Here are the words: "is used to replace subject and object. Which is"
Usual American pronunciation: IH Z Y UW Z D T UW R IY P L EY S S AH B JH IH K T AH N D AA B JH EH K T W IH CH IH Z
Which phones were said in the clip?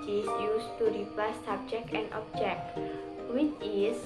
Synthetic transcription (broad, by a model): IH Y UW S T UW R IY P EY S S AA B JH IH K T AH N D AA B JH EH K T W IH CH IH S